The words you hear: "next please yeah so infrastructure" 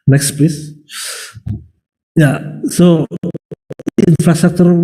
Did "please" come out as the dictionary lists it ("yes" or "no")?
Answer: no